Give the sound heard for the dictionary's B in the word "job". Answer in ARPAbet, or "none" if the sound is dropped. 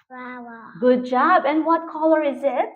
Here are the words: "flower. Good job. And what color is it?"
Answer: B